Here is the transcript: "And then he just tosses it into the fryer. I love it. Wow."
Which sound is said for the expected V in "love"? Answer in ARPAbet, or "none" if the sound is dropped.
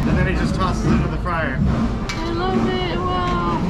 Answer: B